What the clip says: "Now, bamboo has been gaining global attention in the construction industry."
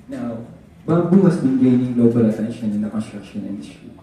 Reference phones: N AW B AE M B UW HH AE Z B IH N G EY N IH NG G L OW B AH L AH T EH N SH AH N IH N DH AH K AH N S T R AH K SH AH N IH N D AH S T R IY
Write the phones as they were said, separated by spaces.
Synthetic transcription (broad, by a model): N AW B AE B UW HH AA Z B IH N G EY N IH NG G L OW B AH L AH T EH N SH AH N IH N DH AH K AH N S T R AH K SH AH N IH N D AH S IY